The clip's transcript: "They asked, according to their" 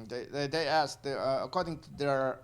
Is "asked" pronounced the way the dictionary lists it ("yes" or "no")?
no